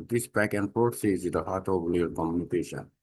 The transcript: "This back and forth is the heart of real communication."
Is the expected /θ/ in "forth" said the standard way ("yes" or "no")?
no